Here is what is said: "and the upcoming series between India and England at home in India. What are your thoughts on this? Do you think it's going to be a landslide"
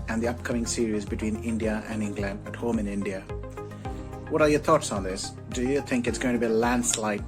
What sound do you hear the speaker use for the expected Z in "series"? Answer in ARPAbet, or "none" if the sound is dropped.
Z